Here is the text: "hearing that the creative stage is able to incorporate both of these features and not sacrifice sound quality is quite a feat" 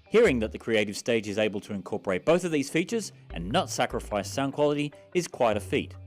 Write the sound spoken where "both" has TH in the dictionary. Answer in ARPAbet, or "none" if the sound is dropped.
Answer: TH